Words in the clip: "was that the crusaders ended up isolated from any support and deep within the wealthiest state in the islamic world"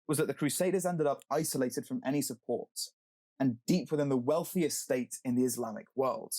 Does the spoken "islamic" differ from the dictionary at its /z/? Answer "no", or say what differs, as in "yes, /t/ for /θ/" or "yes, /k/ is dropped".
no